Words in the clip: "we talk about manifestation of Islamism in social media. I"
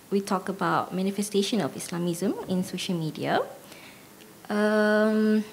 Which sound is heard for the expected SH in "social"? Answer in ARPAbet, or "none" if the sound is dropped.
SH